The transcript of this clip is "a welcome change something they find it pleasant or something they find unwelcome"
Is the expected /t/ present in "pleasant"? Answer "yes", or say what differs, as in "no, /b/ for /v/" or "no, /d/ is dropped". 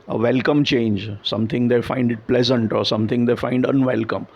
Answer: yes